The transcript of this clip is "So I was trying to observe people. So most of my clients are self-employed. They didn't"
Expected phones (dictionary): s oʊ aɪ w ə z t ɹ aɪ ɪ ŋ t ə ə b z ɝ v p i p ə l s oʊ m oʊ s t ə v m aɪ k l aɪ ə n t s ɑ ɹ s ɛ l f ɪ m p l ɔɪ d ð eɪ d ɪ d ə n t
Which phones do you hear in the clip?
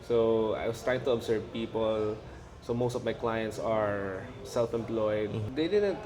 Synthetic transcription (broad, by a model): s oʊ aɪ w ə s t ɹ aɪ ɪ ŋ t ə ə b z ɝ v p i p ə l s oʊ m oʊ s t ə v m aɪ k l aɪ ə n t s ɑ ɹ s ɛ l f ɪ m p l ɔɪ d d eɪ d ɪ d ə n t